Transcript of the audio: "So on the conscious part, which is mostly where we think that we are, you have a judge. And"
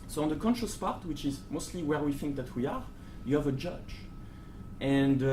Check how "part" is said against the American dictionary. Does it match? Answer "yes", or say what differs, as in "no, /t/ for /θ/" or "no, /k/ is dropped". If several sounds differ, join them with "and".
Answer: yes